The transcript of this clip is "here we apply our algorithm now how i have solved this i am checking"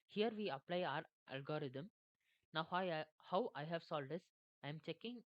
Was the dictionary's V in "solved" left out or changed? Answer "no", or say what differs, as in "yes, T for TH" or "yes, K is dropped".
yes, V is dropped